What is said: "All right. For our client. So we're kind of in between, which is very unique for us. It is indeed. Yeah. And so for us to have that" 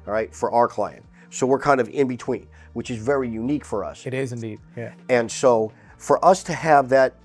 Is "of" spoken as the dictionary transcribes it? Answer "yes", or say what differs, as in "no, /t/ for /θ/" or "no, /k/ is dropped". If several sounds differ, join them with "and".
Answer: yes